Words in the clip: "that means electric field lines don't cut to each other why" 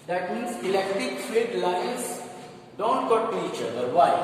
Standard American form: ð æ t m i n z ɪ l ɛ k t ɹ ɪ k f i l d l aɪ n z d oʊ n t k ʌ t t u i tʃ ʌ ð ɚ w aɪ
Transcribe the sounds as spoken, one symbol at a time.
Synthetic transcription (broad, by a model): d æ t m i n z ɪ l ɛ k t ɹ ɪ k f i d l aɪ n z d oʊ n t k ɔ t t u i tʃ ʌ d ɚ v aɪ